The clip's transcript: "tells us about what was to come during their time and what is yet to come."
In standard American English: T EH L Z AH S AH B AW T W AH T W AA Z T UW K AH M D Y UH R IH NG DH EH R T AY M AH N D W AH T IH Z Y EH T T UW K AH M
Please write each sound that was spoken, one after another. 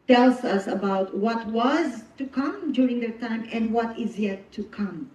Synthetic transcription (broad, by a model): T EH L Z AH S AH B AW T W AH T W AA Z T UW K AH M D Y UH R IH NG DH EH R T AY M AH N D W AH T IH Z Y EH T T UW K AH M